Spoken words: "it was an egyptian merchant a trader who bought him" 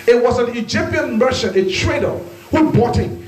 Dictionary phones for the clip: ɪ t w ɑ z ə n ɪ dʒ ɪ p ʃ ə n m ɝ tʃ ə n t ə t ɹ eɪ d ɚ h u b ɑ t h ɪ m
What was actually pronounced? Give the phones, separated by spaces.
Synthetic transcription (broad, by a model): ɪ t w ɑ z ə n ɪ dʒ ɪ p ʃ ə n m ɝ ʃ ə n ə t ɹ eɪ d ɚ h u b ɑ t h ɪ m